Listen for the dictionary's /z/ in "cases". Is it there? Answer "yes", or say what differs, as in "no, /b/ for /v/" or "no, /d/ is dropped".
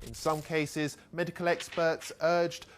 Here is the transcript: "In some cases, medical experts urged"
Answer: yes